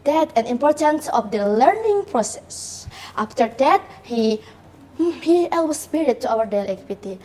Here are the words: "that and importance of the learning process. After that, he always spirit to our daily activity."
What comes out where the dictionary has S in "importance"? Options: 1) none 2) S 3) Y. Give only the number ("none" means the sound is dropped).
2